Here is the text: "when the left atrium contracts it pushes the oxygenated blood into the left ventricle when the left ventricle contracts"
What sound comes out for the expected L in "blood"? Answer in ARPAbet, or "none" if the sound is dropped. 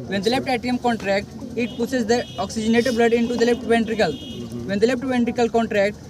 L